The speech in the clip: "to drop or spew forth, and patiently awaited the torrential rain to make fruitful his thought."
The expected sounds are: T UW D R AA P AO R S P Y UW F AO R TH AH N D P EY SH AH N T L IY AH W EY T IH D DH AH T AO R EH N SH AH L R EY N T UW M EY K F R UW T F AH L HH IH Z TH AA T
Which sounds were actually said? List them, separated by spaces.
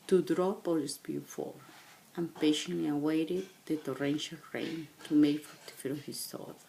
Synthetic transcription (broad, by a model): T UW D R AA P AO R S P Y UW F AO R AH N P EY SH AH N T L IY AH W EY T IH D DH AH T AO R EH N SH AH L R EY N T UW M EY K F AO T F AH N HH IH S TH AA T